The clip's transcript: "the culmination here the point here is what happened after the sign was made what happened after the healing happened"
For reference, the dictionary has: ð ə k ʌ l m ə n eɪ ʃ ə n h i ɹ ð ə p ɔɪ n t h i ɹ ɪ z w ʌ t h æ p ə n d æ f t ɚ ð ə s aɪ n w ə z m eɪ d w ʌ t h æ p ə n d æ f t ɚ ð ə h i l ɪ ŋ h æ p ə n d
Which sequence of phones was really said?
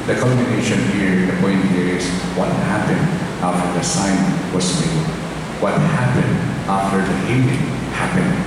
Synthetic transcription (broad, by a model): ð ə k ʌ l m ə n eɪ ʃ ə n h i ɹ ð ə p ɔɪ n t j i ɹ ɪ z w ʌ t h æ p ə n d æ f t ɚ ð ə s aɪ n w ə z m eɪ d w ʌ t h æ p ə n d æ f t ɚ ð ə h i n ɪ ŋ h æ p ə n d